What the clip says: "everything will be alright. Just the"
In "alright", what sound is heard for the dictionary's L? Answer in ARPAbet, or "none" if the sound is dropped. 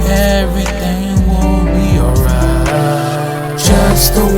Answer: none